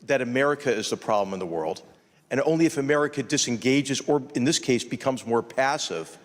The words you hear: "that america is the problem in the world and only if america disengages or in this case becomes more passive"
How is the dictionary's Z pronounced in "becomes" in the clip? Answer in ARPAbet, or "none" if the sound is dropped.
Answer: Z